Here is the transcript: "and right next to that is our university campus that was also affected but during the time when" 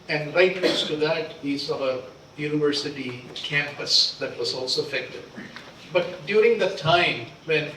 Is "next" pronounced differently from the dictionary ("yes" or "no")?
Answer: yes